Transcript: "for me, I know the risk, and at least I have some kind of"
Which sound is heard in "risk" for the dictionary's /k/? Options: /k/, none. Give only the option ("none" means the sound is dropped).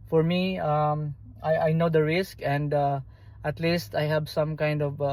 /k/